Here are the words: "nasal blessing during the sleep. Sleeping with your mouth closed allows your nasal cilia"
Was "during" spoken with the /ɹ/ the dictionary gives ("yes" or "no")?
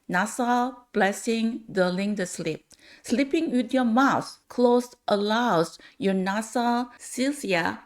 no